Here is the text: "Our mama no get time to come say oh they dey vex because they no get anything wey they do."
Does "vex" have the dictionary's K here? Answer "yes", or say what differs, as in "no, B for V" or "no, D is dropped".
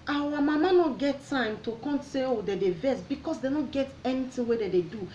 no, K is dropped